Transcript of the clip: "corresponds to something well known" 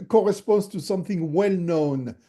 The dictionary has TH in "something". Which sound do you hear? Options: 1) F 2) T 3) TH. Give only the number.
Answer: 3